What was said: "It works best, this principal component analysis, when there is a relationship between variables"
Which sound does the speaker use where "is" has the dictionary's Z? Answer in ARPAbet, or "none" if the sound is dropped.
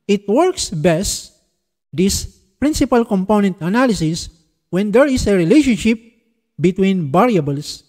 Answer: S